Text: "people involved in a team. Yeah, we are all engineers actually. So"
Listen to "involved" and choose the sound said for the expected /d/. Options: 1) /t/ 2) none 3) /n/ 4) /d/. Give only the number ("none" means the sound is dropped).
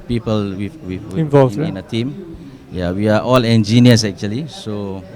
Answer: 2